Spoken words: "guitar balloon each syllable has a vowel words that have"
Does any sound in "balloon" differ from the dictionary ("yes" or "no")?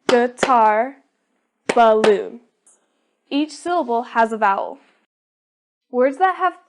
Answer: yes